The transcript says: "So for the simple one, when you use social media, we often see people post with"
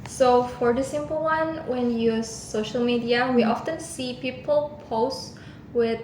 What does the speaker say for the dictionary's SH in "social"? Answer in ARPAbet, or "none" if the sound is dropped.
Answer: SH